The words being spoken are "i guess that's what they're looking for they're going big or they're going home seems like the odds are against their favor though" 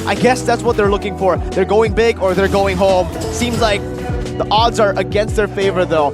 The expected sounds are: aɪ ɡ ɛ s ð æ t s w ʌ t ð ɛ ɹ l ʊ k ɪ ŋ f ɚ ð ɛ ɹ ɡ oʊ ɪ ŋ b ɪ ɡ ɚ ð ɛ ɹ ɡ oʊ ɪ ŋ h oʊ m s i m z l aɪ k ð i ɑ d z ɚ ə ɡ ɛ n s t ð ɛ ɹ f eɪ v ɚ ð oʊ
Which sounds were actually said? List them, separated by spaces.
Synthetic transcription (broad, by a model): aɪ ɡ ɛ s ð æ t s w ʌ t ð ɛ ɹ l ʊ k ɪ ŋ f ɚ ð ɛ ɹ ɡ oʊ ɪ ŋ b ɪ ɡ ɚ ð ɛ ɹ ɡ oʊ ɪ ŋ h oʊ m s i m z l aɪ k ð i ɑ d z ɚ ə ɡ ɛ n s t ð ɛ ɹ f eɪ v ɚ ð oʊ